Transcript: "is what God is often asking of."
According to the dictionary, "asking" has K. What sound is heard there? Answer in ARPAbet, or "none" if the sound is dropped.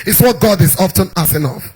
none